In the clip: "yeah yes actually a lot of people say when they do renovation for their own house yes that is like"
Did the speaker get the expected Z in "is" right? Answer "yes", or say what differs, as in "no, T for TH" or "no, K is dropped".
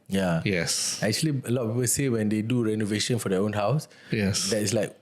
no, S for Z